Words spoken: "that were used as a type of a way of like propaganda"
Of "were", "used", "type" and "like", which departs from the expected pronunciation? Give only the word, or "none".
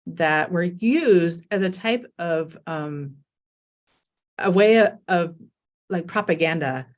none